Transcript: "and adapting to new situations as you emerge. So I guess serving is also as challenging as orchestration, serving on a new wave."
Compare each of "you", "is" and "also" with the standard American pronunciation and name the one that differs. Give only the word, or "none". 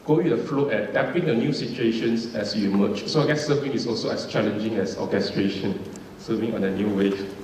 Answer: is